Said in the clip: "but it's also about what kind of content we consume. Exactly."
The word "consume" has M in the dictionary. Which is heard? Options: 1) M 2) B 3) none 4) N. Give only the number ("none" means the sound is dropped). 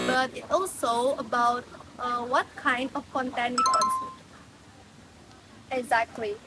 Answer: 3